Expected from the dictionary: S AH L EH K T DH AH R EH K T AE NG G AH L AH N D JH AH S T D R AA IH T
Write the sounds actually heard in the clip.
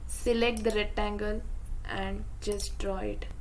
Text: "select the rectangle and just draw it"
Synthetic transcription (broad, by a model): S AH L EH K T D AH R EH T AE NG G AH L AH N D JH AH S T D R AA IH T